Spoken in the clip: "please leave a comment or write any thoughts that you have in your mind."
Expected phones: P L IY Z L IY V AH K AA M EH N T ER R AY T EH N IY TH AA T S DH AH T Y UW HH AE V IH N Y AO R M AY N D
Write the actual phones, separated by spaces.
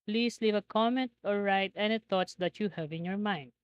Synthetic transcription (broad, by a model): P L IY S L IY V AH K AA M EH N T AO R AY T EH N IY T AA T S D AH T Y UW HH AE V IH N Y AO R M AY N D